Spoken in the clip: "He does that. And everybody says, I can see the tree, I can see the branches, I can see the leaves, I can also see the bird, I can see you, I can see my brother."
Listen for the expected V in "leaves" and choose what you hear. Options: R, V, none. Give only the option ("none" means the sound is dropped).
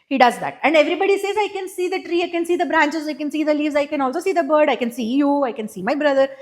V